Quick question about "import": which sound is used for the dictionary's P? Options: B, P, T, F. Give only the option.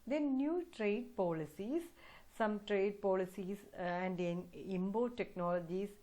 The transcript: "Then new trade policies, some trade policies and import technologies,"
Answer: B